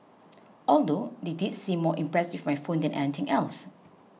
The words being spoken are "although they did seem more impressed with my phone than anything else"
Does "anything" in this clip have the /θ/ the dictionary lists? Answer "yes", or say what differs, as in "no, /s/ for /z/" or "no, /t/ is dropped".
no, /t/ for /θ/